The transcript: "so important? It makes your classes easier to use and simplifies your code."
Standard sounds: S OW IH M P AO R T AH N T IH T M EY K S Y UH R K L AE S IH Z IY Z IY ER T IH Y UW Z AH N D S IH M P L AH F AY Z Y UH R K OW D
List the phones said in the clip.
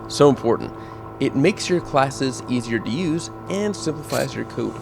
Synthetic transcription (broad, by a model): S OW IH M P AO R T N T IH T M EY K S Y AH R K L AE S IH Z IY Z IY ER T IH Y UW Z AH N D S IH M P L AH F AY Z Y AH R K OW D